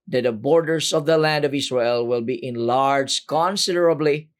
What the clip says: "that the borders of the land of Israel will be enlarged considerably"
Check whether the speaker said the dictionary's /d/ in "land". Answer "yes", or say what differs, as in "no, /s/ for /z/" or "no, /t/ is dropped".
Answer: yes